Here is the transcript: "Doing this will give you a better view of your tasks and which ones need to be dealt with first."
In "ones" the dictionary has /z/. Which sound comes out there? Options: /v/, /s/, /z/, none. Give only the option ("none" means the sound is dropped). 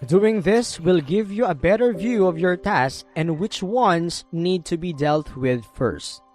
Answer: /s/